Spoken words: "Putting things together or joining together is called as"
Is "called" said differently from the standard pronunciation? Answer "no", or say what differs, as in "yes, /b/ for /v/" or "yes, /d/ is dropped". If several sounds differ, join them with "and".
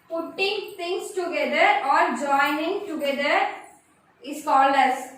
yes, /d/ is dropped